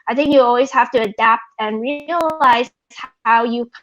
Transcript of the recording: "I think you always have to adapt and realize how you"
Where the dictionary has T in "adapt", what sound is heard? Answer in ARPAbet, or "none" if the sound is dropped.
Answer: T